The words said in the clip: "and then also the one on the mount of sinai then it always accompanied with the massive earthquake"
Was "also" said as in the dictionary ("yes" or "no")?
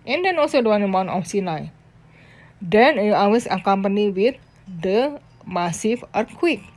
yes